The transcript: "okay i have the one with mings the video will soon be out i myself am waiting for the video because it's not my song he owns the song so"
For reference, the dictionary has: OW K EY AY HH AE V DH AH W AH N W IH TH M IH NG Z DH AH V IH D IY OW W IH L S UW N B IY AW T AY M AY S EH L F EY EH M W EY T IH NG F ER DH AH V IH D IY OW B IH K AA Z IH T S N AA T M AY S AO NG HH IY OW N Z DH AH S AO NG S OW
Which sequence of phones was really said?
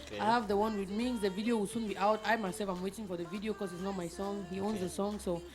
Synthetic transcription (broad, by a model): AY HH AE V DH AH W AH N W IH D M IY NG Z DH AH V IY D IY OW W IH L S UW N B IY AW T AY M AY S EH L F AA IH M W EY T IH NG F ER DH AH V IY D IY OW K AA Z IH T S N AA T M AY S AO NG HH IY OW N Z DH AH S AO NG S OW